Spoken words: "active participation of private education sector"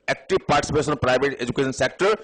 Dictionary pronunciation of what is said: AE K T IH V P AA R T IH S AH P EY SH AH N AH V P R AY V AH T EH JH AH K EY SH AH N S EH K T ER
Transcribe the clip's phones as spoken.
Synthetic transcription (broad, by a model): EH K T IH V P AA R T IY S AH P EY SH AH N P R AY B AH T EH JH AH K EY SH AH N S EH K T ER